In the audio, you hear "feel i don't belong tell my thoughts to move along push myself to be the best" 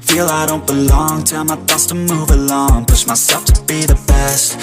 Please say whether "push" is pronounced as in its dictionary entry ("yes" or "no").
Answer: no